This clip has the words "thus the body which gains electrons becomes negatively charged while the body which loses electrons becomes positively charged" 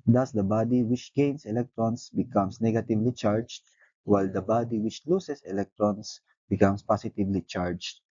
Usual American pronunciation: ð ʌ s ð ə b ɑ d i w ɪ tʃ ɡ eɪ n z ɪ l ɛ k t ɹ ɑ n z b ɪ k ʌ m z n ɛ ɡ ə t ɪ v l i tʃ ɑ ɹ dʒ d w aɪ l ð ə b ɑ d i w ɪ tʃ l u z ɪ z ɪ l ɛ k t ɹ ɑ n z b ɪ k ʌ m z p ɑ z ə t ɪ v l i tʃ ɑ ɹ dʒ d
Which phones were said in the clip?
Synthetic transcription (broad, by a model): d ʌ s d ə b ɑ d i w ɪ tʃ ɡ eɪ n s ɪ l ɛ k t ɹ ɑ n s b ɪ k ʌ m s n ɛ ɡ ə t ɪ v l i tʃ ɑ ɹ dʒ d w aɪ l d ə b ɑ d i w ɪ tʃ l u s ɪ s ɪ l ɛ k t ɹ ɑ n s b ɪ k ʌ m s p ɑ s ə t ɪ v l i tʃ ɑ ɹ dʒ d